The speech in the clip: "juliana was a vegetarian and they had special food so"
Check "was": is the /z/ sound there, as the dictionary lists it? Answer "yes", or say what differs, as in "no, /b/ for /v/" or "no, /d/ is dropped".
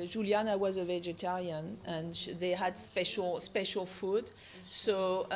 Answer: yes